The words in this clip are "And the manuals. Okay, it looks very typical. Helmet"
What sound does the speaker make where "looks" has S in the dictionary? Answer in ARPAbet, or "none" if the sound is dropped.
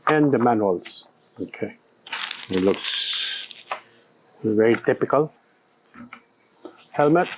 S